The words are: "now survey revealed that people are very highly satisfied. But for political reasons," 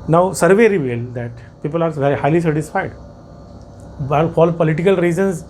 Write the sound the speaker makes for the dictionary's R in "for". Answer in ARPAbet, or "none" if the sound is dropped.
L